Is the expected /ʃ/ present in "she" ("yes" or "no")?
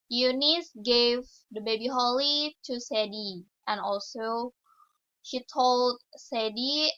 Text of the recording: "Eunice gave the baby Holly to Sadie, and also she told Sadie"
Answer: yes